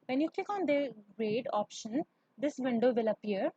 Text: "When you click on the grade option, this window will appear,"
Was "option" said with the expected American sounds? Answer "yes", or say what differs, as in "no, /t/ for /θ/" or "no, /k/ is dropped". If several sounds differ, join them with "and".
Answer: yes